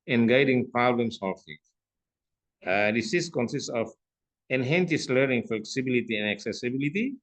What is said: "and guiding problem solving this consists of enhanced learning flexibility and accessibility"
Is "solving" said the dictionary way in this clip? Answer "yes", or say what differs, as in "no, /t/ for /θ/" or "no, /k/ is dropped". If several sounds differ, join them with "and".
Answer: no, /f/ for /v/